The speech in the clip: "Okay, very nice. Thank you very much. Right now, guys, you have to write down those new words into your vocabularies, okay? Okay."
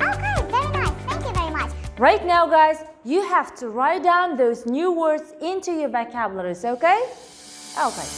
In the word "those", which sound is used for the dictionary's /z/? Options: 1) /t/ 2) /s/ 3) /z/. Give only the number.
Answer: 3